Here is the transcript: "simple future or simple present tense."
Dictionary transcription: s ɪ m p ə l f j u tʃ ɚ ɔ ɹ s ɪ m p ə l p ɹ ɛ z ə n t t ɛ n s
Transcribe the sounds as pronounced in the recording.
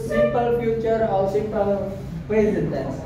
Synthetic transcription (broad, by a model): s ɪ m p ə l f j u tʃ ɚ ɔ l s ɪ m p ə l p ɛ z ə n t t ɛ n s